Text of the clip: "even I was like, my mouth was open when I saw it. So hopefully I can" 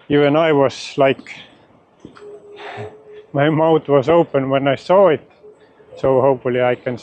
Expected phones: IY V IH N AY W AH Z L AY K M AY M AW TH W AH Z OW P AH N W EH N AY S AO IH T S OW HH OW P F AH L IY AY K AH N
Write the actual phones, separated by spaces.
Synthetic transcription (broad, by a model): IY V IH N AY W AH S L AY K M AY M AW T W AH S OW P AH N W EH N AY S AO IH T S OW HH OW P AH L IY AY K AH N